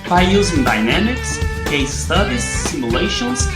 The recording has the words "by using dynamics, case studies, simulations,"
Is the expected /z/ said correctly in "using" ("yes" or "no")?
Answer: yes